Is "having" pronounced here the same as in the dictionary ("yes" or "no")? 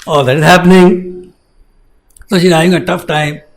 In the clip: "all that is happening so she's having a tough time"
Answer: no